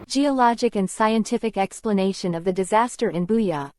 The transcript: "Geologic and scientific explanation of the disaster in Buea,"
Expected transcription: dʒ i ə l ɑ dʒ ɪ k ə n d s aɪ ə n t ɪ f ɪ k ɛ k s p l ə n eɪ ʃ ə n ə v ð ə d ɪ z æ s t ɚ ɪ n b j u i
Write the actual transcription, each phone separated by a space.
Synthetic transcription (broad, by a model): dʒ i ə l ɑ dʒ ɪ k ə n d s aɪ ə n t ɪ f ɪ k ɛ k s p l ə n eɪ ʃ ə n ə v ð ə d ɪ z æ s t ɚ ɪ n b j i